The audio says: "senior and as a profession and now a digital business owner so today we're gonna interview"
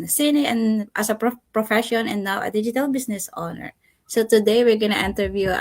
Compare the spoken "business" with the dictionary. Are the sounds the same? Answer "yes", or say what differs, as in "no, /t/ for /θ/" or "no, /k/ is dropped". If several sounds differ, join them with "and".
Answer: no, /s/ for /z/